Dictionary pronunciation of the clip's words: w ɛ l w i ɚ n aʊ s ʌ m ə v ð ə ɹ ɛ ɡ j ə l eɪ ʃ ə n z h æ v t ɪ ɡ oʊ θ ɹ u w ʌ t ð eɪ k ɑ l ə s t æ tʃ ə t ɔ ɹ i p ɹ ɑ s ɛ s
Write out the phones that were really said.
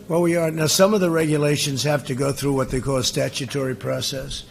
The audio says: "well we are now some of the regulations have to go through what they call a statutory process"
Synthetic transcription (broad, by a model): w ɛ l w i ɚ n aʊ s ʌ m ə v ð ə ɹ ɛ ɡ j ə l eɪ ʃ ə n z h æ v t ɪ ɡ oʊ θ ɹ u w ʌ t ð eɪ k ɑ l s t æ tʃ ə t ɔ ɹ i p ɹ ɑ s ɛ s